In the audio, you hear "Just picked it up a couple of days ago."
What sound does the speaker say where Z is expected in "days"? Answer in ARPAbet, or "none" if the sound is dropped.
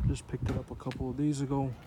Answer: Z